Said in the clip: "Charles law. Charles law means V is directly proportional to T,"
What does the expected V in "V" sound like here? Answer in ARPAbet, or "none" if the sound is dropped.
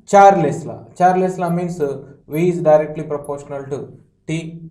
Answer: V